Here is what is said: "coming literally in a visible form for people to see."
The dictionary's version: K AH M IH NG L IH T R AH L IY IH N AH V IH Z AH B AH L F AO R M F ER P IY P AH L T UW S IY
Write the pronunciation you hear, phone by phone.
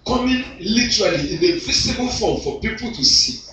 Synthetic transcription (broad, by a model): K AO M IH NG L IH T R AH L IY IH N AH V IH S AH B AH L F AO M F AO P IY P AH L T UW S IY